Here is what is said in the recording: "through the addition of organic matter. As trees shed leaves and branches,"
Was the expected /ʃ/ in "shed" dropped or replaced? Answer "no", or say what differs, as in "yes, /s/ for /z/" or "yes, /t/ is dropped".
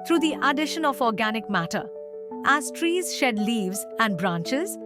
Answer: no